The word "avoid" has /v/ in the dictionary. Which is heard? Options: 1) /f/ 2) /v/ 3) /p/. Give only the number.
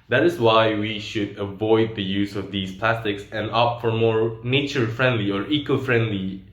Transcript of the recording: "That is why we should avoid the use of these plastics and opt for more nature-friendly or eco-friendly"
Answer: 2